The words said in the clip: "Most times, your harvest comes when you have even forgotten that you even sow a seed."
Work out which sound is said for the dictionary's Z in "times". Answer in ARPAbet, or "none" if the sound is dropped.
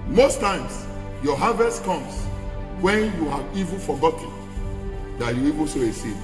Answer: S